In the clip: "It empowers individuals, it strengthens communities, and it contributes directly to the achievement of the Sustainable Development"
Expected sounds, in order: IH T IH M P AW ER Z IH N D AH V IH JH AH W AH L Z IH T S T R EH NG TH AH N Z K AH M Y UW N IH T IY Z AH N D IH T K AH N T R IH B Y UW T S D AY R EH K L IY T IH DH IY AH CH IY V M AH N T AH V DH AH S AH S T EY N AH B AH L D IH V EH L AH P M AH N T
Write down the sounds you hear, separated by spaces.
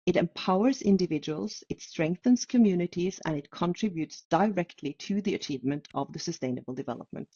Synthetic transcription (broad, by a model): IH T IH M P AW ER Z IH N D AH V IH JH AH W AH L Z IH T S T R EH NG TH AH N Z K AH M Y UW N IH T IY Z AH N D IH T K AH N T R IH B Y UW T S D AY R EH K L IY T IH DH IY AH CH IY V M AH N T AH V DH AH S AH S T EY N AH B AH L D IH V EH L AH P M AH N T